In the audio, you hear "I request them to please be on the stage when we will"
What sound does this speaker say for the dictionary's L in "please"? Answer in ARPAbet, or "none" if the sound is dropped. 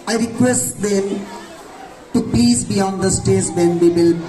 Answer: none